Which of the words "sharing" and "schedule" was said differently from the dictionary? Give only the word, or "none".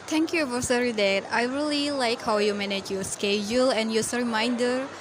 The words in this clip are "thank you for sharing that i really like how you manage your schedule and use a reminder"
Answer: sharing